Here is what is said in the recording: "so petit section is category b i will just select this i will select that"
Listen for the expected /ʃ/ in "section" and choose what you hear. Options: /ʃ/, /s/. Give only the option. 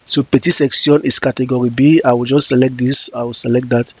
/s/